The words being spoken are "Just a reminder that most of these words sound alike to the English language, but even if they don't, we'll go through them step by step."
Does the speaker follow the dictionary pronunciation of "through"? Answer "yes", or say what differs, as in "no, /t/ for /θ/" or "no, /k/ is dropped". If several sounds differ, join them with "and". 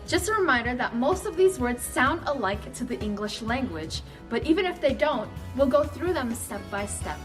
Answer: yes